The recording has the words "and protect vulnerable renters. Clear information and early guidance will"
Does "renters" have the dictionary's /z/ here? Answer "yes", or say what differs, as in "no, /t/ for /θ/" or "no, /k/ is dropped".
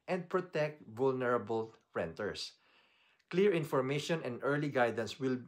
no, /s/ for /z/